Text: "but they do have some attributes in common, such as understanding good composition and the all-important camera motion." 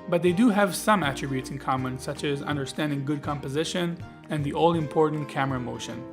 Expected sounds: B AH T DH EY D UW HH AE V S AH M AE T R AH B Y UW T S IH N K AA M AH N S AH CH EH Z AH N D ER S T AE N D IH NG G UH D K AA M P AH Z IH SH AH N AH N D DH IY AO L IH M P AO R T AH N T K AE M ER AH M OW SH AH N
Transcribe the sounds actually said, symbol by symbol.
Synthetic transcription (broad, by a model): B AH T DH EY D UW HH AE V S AH M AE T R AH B Y UW T S IH N K AA M AH N S AH CH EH Z AH N D ER S T AE N D IH NG G UH D K AA M P AH Z IH SH AH N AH N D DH IY AO L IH M P AO R T N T K AE M ER AH M OW SH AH N